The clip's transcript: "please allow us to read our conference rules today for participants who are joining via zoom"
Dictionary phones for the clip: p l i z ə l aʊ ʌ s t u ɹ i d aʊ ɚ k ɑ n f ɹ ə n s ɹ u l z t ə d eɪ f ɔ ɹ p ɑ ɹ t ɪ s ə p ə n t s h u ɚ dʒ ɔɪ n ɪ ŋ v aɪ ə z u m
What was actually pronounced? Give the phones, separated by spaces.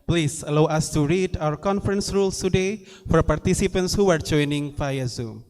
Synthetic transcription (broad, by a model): p l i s ə l aʊ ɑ s t u ɹ i d aʊ ɚ k ɑ n f ɹ ə n s ɹ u l s t ə d eɪ f ɔ ɹ p ɑ ɹ t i s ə p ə n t s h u ɚ dʒ ɔɪ n ɪ ŋ f aɪ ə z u m